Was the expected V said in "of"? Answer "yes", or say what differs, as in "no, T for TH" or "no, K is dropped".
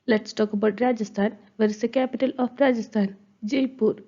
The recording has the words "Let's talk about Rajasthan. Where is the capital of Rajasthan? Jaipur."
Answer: no, P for V